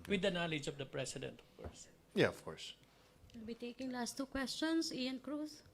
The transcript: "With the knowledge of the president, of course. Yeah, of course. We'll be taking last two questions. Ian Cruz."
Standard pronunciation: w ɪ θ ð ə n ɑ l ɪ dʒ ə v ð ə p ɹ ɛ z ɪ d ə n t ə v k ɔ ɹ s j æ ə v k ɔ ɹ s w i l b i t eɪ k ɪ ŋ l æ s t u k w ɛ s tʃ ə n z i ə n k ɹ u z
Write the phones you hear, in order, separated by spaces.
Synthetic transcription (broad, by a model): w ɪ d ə n ɑ l ɪ dʒ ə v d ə p ɹ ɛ s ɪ d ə n t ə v k ɔ ɹ s j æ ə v k ɔ ɹ s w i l b i t eɪ k ɪ ŋ l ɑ s t u k w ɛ s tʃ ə n s i ə n k ɹ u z